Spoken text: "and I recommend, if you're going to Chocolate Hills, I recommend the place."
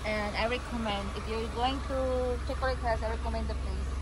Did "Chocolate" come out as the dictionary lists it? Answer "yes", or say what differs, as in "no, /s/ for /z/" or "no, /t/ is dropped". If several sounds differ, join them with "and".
no, /l/ is dropped